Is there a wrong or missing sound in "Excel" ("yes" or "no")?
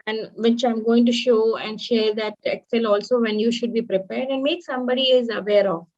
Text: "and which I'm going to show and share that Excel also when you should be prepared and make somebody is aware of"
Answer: no